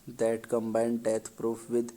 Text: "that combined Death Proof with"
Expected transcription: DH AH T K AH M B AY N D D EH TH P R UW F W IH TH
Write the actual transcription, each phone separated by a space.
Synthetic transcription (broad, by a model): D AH T K AH M B AY N D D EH T P R UW F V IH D